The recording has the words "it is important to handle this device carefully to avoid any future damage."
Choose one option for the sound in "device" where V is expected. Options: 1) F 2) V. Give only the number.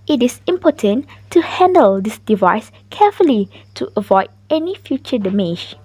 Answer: 2